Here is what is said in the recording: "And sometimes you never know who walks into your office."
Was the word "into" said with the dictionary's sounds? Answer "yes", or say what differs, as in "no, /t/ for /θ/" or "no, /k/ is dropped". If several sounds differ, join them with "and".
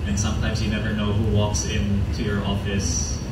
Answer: yes